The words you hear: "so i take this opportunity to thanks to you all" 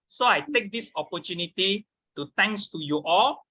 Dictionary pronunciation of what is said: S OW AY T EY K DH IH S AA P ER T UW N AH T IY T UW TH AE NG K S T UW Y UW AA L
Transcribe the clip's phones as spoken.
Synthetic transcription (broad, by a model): S OW AY T EY K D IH S AA P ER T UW N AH T IY T UW T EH NG K S T UW Y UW AA L